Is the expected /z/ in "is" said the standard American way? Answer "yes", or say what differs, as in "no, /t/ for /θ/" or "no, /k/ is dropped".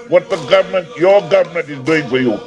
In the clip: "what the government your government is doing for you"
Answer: yes